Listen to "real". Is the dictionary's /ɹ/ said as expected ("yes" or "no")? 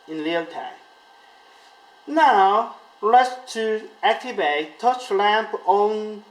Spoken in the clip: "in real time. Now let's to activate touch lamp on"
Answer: no